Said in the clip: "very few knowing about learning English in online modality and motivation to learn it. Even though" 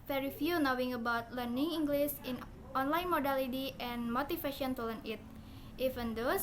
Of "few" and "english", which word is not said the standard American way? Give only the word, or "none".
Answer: english